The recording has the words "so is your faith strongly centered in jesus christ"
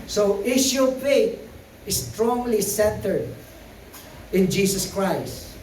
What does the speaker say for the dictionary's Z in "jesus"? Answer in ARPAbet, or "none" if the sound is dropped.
S